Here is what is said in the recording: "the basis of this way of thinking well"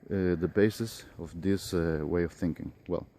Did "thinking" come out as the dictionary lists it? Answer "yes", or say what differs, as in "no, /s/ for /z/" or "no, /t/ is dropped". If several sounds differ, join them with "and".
yes